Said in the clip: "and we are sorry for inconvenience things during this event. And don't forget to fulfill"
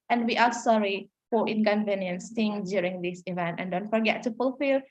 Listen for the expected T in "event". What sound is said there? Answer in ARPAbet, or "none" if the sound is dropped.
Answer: T